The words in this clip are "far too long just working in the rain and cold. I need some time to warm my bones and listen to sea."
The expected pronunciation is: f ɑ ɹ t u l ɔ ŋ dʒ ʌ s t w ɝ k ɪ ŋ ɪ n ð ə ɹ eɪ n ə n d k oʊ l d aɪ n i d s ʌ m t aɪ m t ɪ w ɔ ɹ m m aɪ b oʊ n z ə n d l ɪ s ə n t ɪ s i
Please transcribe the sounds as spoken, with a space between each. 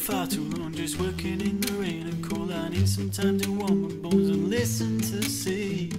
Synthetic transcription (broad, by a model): f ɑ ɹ t u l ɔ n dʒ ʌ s w ɝ k ɪ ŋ ɪ n ð ə ɹ eɪ n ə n k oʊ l aɪ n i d s ʌ m t aɪ m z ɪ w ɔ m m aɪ b oʊ n z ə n l ɪ s ə n t ɪ s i